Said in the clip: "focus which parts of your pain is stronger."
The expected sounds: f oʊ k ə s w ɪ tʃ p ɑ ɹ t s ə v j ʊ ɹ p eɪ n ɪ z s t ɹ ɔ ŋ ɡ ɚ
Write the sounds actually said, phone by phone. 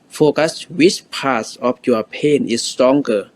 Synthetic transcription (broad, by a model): f oʊ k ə s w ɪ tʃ p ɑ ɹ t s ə f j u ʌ p eɪ n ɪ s t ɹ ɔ ŋ ɡ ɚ